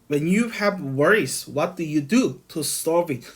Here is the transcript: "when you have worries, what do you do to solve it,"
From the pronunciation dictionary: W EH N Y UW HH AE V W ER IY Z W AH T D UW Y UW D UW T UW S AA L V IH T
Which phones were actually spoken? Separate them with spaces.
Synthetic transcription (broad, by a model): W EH N Y UW HH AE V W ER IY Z W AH T D UW Y UW D UW T UW S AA V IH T